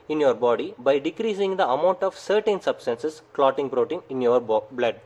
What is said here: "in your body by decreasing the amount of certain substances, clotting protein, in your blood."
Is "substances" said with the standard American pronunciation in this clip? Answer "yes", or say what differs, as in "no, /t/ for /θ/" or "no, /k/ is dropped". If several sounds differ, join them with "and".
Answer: no, /s/ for /z/